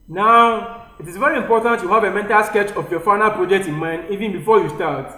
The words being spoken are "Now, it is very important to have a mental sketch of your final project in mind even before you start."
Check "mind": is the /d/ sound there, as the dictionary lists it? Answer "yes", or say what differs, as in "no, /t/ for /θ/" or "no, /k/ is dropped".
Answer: yes